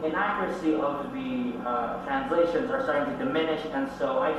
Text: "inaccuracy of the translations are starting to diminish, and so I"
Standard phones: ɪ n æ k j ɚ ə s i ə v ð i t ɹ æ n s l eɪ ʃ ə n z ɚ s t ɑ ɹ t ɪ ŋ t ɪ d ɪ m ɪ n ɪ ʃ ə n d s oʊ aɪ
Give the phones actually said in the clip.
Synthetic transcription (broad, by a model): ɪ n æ k j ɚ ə s i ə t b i t ɹ æ n s l eɪ ʃ ə n z ɚ s t ɑ ɹ t ɪ ŋ t ɪ d ɪ m ɪ n ɪ ʃ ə n s oʊ aɪ